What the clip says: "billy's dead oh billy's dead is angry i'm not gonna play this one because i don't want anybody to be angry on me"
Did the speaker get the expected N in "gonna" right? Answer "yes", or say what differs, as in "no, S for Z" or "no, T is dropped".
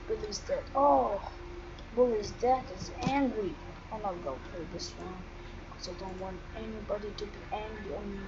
no, N is dropped